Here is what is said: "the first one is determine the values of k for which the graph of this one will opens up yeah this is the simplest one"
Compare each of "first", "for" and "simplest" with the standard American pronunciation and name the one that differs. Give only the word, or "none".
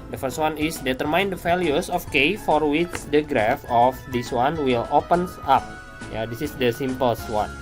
simplest